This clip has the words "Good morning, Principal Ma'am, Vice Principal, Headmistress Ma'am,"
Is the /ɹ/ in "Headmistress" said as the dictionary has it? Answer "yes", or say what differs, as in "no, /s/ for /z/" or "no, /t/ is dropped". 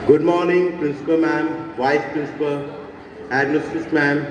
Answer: no, /ɹ/ is dropped